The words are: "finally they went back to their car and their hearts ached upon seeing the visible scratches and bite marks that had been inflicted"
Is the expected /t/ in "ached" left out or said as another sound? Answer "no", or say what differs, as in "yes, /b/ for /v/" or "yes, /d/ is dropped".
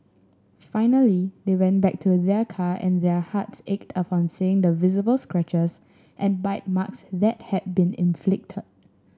no